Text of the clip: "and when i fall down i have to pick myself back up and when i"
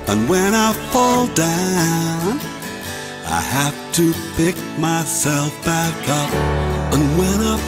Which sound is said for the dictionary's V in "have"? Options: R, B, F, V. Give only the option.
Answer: F